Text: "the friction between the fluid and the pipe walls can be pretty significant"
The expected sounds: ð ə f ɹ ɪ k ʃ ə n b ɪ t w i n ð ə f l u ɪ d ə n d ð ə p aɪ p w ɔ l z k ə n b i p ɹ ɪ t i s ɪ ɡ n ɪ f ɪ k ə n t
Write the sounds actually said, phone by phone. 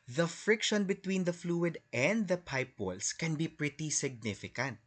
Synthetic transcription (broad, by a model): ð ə f ɹ ɪ k ʃ ə n b ɪ t w i n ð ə f l u ɪ d ə n d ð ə p aɪ p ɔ l s k ə n b i p ɹ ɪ t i s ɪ ɡ n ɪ f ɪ k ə n t